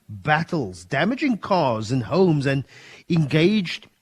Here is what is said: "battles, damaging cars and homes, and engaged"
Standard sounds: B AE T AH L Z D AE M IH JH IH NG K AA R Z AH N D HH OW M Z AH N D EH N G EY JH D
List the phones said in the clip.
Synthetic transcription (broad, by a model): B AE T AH L Z D AE M IH JH IH NG K AA R Z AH N HH OW M Z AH N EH N G EY JH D